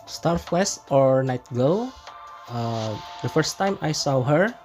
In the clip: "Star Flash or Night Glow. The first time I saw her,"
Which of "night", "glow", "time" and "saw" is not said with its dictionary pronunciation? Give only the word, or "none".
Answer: glow